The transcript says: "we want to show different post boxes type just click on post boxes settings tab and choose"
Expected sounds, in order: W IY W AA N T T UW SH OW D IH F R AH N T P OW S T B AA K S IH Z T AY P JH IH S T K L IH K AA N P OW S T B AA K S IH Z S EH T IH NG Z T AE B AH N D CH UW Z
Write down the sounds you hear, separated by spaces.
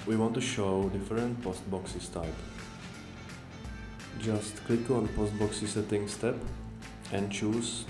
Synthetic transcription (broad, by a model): W IY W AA N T T UW SH OW D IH F R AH N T P OW S T B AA K S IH S T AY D JH IH S T K L IH K AA N P OW S T B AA K S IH S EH T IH NG S T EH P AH N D CH UW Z